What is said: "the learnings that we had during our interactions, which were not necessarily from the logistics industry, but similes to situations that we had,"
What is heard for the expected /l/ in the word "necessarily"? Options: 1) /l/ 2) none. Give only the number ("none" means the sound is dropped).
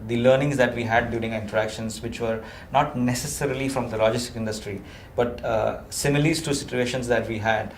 1